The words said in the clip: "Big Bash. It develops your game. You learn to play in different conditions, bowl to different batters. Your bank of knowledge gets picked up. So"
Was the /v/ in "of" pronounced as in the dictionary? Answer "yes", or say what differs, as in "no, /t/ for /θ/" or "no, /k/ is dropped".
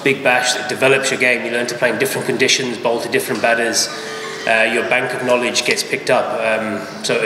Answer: yes